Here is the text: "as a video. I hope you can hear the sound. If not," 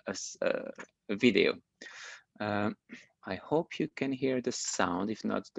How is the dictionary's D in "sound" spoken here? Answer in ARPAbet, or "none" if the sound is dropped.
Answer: D